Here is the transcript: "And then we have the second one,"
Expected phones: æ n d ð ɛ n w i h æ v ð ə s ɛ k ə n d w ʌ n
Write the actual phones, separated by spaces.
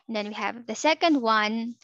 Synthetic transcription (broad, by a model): n ð ɛ n w i h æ v ð ə s ɛ k ə n d w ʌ n